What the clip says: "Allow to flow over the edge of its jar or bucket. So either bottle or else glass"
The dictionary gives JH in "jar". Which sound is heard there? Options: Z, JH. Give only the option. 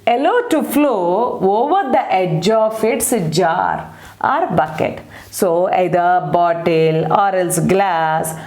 JH